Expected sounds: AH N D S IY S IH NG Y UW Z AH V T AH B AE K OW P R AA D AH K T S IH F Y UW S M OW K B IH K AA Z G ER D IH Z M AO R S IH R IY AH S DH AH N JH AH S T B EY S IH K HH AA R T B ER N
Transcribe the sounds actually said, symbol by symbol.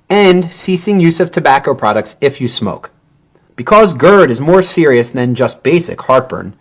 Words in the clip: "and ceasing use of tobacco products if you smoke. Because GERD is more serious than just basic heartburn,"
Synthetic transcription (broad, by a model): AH N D S IY S IH NG Y UW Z AH V T AH B AE K OW P R AA D AH K T S IH F Y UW S M OW K B IH K AA Z G ER D IH Z M AO R S IH R IY AH S DH AH N JH AH S T B EY S IH K HH AA R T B ER N